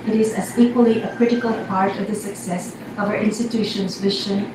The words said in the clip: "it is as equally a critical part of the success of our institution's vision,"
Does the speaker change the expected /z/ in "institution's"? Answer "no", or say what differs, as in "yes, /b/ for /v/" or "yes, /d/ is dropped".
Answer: no